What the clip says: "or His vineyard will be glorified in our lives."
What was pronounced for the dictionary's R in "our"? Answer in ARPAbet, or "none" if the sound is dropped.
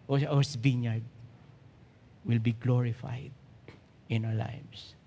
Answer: W